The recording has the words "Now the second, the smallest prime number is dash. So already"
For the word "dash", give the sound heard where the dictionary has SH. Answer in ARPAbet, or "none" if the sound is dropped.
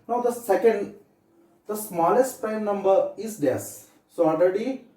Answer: S